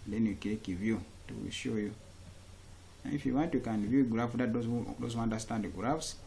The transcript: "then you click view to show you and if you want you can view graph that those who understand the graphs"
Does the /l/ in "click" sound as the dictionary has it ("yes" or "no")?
no